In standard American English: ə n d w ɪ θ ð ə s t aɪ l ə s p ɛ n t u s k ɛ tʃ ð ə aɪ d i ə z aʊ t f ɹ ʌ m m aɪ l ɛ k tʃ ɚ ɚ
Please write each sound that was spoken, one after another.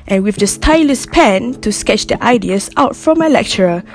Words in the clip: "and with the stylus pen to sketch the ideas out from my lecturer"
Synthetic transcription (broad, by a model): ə n w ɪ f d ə s t aɪ l ə s p ɛ n t u s k ɛ tʃ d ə aɪ d i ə s aʊ t f ɹ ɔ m m aɪ l ɛ k tʃ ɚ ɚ